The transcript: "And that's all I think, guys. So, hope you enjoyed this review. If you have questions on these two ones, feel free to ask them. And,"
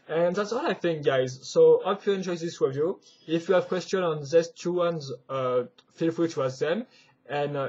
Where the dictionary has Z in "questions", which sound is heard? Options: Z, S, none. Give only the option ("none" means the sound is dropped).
none